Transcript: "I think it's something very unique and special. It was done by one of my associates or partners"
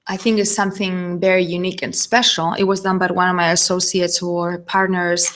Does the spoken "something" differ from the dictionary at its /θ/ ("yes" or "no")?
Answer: no